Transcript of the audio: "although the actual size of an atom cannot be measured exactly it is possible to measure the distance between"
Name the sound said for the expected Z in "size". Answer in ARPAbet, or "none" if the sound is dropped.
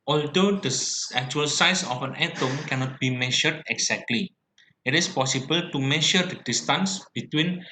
S